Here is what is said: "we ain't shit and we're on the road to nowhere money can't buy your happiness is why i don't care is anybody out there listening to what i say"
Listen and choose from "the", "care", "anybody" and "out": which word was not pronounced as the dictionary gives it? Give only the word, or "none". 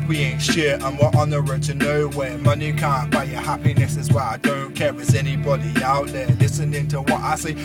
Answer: care